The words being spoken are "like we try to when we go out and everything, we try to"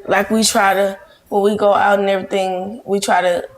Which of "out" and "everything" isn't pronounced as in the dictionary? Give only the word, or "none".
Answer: none